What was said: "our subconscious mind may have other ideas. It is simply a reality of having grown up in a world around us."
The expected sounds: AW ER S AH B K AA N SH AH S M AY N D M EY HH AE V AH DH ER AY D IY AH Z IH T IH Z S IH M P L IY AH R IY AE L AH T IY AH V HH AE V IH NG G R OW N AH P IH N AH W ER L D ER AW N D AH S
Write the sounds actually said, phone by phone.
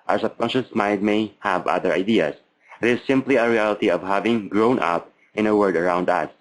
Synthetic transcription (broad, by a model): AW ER S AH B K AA N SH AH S M AY N D M EY HH AE V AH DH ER AY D IY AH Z IH T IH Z S IH M P L IY AH R IY AE L AH T IY AH V HH AE V IH NG G R OW N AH P IH N AH W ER D ER AW N D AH S